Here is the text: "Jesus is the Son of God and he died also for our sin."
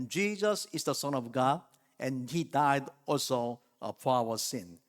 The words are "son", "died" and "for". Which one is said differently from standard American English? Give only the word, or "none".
for